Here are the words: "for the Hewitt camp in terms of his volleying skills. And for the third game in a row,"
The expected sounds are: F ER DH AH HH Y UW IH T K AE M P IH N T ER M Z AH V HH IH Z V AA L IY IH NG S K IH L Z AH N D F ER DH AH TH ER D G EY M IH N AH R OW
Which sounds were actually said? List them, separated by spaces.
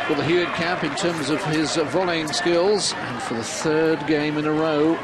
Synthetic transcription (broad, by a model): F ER DH AH HH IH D K AE M P IH N T ER M Z AH V IH Z V AA L IY IH NG S K IH L Z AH N F ER DH AH TH ER D G EY M IH N AH R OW